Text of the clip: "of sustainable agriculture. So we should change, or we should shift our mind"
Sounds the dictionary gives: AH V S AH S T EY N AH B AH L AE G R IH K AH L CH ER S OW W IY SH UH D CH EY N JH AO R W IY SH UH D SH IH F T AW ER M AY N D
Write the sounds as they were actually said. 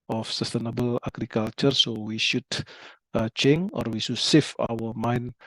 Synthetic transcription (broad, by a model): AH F S AH S T EY N AH B AH L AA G R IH K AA L CH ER S OW W IY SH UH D CH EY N AO R W IY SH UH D S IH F AW ER M AY N